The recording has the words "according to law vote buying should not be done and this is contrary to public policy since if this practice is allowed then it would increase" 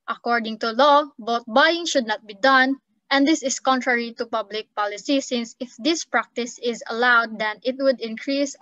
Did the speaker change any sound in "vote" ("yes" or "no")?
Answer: yes